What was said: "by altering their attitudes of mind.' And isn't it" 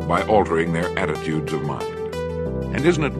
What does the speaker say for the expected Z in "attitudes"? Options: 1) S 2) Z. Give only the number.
2